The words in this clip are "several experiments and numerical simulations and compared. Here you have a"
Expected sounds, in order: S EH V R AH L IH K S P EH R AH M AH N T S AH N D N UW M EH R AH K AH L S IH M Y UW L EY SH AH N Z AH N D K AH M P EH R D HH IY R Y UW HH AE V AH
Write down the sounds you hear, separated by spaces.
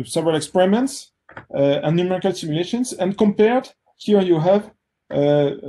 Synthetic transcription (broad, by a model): S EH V R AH L IH K S P EH R AH M AH N T S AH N N UW M EH R AH K AH L S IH M Y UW L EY SH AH N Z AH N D K AH M P EH R D HH IY R Y UW HH AE V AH